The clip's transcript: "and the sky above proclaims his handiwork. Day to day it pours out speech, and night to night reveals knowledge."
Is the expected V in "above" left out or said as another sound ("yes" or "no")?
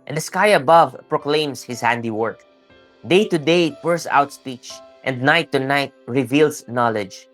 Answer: no